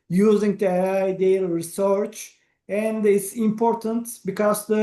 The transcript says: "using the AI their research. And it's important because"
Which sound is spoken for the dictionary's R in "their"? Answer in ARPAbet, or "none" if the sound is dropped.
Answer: L